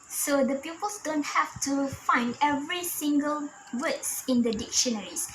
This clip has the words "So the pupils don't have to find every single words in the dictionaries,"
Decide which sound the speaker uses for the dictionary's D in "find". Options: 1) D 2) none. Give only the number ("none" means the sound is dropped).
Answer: 1